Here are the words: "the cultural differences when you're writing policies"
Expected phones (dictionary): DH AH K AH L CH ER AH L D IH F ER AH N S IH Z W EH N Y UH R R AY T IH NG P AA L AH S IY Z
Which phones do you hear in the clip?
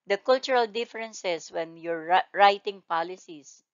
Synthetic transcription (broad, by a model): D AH K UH L CH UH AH L D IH F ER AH N S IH S W EH N Y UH R R AY T IH NG P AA L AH S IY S